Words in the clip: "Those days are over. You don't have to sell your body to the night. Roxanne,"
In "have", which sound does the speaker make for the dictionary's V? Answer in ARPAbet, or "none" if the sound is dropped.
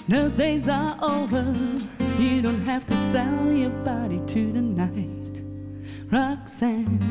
F